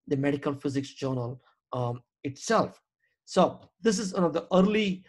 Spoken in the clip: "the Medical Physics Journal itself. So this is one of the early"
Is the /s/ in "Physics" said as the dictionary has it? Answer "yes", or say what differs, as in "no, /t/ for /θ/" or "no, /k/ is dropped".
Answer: yes